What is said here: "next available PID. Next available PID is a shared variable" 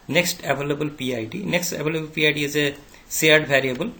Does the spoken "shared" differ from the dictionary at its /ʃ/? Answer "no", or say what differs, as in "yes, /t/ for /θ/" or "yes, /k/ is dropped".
yes, /s/ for /ʃ/